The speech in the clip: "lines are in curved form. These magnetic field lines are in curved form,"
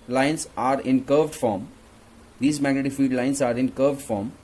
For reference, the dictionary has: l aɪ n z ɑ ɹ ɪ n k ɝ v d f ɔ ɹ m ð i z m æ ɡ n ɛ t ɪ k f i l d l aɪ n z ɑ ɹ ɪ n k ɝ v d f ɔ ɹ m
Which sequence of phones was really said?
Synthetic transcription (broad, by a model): l aɪ n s ɑ ɹ ɪ n k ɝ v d f ɔ ɹ m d i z m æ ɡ ɛ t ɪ f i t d l aɪ n s ɑ ɹ ɪ n k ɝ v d f ɔ ɹ m